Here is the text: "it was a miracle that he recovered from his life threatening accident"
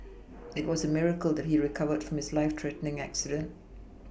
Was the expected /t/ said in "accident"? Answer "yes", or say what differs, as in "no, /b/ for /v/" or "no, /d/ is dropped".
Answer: yes